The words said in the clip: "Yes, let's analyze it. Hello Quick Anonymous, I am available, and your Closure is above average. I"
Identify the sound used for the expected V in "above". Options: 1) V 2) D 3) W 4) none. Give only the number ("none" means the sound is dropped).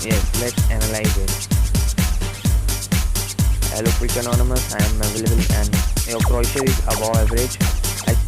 4